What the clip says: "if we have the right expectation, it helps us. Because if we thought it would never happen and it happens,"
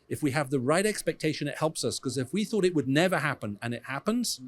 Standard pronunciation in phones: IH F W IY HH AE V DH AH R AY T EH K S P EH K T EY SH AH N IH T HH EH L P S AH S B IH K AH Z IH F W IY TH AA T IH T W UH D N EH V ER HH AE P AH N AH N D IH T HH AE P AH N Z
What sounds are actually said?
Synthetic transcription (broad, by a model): IH F W IY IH V DH AH R AY T EH K S P EH K T EY SH AH N IH T HH EH L P S AH S K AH Z IH F W IY TH AA T IH T W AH D N EH V ER HH AE P AH N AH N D IH T HH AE P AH N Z